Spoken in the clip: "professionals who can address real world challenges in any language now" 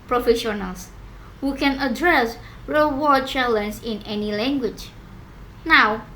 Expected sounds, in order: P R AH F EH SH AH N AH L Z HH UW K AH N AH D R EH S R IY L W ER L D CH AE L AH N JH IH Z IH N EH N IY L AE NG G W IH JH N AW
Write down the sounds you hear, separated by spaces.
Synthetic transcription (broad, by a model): P R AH F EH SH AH N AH L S HH UW K AH N AH D R EH S R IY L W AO D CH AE L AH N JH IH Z IH N EH N IY L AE NG G W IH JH N AW